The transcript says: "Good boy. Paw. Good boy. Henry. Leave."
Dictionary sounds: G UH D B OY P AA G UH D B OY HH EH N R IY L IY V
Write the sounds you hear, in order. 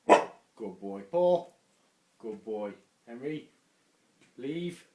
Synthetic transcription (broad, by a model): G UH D B OY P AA G UH D B OY HH EH N R IY L IY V